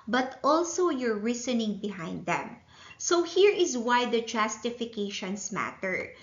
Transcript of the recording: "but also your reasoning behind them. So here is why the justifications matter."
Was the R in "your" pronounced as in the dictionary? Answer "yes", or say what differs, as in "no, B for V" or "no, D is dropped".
yes